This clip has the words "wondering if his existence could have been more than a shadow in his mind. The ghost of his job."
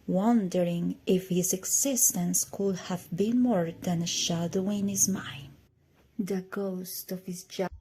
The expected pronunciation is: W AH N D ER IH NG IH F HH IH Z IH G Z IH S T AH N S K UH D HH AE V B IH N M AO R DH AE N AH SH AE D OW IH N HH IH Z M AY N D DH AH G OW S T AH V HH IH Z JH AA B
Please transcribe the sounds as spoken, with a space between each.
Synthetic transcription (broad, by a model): W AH N D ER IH NG IH F HH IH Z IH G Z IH S T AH N S K UH D HH AE V B IH N M AO R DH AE N AH SH AE D OW IH N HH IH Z M AY N D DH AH G OW S T AH V HH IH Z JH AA